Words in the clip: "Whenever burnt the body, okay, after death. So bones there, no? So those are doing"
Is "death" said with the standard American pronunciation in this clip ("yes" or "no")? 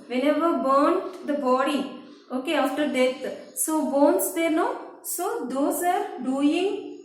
no